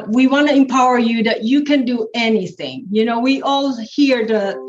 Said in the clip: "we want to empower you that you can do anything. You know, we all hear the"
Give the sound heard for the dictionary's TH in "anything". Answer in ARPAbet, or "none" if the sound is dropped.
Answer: TH